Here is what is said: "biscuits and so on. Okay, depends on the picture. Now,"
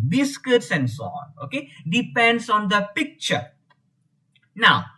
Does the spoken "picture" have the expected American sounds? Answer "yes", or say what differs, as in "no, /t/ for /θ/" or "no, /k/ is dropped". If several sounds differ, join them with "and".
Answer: yes